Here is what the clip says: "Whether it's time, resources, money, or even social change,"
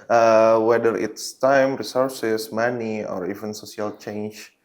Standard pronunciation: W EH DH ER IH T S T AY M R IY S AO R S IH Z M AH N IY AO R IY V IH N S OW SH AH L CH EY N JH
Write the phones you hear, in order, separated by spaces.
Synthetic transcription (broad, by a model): W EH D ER IH T S T AY M R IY S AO R S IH S M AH N IY AO R IY V IH N S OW S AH L CH EY N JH